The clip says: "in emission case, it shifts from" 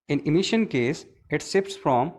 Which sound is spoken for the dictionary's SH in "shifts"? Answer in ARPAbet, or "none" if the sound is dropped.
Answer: S